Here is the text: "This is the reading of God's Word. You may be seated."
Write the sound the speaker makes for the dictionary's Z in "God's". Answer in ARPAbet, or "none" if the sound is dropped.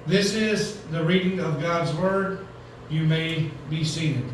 Z